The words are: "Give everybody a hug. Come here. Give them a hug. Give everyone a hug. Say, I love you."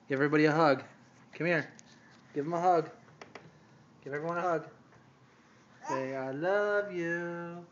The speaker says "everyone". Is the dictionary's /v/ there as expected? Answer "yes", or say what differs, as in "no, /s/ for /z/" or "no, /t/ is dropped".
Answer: no, /v/ is dropped